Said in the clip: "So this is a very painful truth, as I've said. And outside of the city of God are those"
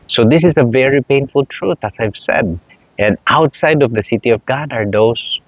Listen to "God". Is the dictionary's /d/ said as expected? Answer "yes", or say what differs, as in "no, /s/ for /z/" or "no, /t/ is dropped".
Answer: yes